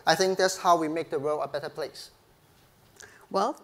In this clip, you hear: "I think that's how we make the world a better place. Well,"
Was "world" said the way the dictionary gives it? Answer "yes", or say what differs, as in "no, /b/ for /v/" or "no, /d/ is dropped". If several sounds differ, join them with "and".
no, /d/ is dropped